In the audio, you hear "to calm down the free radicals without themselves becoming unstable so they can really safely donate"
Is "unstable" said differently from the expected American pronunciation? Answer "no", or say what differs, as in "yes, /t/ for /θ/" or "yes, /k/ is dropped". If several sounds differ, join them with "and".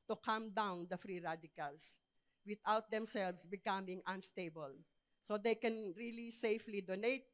no